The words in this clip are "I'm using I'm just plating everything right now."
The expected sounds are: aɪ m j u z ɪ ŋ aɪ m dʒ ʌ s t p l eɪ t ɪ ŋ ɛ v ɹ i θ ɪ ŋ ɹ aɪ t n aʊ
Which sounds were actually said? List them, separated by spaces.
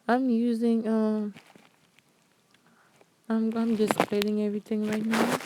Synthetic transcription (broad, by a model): aɪ m j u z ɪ ŋ aɪ m dʒ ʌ s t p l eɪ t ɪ ŋ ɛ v ɹ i t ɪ ŋ ɹ aɪ t n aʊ